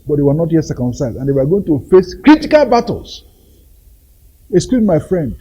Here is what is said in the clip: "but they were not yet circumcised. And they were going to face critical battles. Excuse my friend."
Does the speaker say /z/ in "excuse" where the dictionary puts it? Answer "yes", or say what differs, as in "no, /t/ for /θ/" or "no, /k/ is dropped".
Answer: no, /z/ is dropped